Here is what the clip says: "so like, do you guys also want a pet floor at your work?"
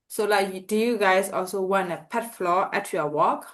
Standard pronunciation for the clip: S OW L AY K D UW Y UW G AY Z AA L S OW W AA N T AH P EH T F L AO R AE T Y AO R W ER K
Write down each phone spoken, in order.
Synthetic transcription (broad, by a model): S OW L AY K D UW Y UW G AY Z AA L S OW W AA N AH P EH T F L AO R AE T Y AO W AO K